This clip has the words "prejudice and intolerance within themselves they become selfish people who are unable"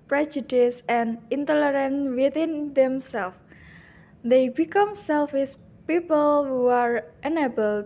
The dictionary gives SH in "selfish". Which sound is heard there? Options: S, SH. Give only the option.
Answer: S